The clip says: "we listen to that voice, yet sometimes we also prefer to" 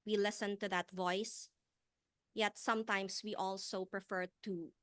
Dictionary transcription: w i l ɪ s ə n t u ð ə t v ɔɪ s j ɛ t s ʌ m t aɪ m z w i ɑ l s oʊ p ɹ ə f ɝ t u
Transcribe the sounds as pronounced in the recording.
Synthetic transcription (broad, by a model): w i l ɪ s ə n t u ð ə t v ɔɪ s j ɛ t s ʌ m t aɪ m s w i ɑ l s oʊ p ɹ ə f ɝ t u